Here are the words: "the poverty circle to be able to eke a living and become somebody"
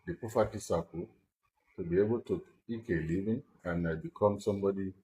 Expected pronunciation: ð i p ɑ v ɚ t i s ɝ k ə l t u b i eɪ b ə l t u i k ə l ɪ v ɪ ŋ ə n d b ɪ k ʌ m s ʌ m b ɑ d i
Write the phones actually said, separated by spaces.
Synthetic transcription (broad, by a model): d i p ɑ f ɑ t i s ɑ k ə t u b i eɪ b ə l t u i k ə l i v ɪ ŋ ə n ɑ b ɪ k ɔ m s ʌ m b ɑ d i